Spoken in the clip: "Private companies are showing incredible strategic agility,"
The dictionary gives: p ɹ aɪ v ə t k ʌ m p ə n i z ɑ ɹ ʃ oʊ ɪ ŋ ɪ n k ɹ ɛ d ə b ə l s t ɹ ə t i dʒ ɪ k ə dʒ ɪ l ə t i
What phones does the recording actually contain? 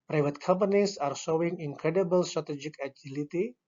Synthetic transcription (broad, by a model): p ɹ aɪ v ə t k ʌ m p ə n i s ɑ ɹ s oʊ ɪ ŋ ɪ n k ɹ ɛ d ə b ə l s t ɹ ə t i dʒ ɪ k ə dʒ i l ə t i